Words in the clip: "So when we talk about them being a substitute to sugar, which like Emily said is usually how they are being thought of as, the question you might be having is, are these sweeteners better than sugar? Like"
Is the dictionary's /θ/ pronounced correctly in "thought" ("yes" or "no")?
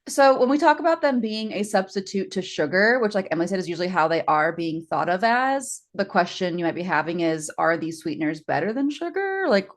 yes